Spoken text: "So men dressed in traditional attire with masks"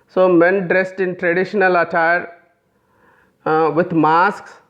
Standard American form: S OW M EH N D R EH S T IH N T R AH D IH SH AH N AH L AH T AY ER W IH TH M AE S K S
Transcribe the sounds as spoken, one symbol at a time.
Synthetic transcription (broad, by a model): S OW M EH N D R EH S T IH N T R AH D IH SH AH N AH L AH T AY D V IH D M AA S K S